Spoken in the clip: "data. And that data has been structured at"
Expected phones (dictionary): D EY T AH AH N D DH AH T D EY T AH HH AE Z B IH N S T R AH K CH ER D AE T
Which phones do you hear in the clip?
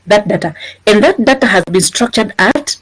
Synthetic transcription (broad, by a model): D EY T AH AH N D DH AH T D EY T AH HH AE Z B IH N S T R AH K CH ER D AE T